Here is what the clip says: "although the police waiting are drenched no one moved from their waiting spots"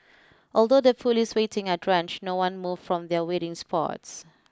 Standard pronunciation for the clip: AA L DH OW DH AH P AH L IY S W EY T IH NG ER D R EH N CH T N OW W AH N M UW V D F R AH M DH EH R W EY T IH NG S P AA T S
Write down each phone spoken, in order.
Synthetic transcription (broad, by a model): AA L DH OW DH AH F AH L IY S W EY T IH NG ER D R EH N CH N OW W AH N M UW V F R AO M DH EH W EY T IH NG S P AA T S